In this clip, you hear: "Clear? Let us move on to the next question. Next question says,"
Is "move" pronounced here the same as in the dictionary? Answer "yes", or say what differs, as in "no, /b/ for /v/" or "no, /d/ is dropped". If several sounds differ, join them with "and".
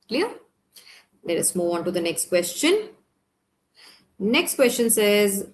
no, /v/ is dropped